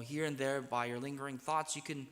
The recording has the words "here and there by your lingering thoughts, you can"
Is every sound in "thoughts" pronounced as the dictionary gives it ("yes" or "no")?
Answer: yes